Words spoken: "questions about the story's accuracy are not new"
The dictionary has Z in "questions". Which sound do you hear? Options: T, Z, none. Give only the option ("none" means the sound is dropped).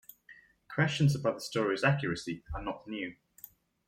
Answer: Z